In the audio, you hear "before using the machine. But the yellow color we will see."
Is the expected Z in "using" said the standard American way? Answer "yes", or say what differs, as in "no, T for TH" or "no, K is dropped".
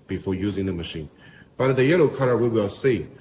yes